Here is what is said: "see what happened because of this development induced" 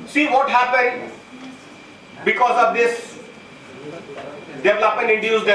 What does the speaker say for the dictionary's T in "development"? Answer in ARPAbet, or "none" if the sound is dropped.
none